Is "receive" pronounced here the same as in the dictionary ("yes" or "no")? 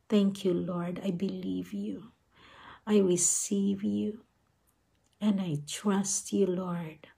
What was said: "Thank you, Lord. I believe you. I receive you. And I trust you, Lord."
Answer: yes